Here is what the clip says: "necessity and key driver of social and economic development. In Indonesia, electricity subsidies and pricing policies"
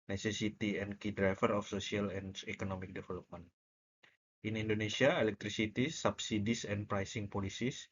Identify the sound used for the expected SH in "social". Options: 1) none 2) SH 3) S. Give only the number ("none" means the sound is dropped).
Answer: 3